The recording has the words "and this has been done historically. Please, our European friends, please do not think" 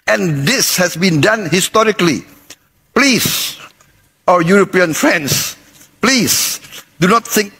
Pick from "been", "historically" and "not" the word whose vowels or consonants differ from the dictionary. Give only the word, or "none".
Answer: none